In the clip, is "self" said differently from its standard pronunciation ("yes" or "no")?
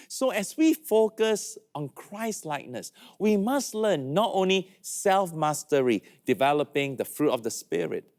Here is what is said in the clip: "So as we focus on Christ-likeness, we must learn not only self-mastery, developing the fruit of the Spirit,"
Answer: no